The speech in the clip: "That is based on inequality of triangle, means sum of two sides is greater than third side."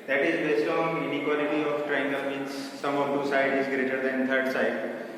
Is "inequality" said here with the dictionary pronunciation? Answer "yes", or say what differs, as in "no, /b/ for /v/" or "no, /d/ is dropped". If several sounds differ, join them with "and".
yes